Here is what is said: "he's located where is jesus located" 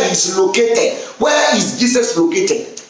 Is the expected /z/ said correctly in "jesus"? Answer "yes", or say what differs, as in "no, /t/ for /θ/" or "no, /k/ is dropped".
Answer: no, /s/ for /z/